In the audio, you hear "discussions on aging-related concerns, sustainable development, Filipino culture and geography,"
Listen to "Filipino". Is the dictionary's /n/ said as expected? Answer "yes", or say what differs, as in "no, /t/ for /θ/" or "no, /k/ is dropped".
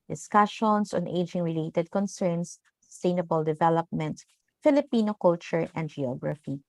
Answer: yes